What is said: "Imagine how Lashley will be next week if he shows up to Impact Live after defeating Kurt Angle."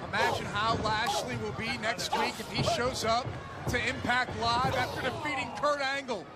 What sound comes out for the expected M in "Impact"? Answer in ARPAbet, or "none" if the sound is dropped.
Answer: M